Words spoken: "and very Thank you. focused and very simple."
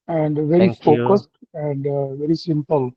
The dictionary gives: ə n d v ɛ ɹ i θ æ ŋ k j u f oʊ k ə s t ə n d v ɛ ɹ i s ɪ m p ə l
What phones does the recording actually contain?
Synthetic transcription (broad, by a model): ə n d v ɛ ɹ i f oʊ k ə s t ə n d v ɛ ɹ i s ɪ m p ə l